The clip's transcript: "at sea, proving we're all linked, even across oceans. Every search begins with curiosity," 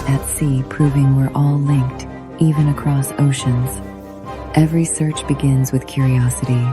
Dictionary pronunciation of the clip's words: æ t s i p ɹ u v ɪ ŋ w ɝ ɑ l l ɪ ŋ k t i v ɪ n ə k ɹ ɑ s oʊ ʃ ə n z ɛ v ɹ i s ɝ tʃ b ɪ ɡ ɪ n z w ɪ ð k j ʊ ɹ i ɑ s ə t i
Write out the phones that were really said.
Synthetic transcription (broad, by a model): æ t s i p ɹ u v ɪ ŋ w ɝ ɑ l l ɪ ŋ k t i v ɪ n ə k ɹ ɑ s oʊ ʃ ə n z ɛ v ɹ i s ɝ tʃ b ɪ ɡ ɪ n z w ɪ ð k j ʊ ɹ i ɑ s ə t i